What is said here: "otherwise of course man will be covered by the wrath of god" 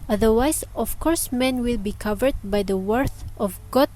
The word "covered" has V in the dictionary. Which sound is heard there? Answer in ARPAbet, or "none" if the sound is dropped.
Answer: V